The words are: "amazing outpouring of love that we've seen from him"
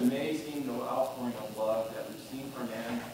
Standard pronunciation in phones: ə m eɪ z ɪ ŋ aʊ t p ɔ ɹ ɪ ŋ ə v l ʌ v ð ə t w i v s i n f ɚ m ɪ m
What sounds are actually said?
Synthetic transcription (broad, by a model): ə m eɪ z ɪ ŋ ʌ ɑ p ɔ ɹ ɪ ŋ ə b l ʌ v ð ə t w i v s i n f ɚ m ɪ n